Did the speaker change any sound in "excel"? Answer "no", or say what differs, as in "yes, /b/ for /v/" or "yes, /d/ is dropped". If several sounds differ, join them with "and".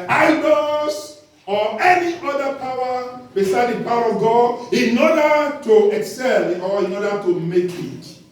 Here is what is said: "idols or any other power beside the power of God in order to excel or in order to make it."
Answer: no